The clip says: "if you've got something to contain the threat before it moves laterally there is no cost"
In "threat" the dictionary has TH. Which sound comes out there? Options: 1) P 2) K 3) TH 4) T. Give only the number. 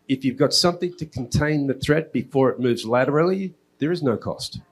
3